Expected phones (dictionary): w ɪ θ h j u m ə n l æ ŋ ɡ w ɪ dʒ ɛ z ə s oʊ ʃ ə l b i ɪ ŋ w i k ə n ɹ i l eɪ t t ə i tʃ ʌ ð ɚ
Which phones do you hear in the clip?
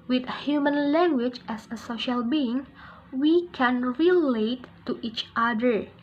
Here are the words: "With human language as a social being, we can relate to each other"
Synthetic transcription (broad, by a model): w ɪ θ h j u m ə n l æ ŋ ɡ w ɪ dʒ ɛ s ə s oʊ ʃ ə l b i ɪ ŋ w i k ə n ɹ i l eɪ t t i tʃ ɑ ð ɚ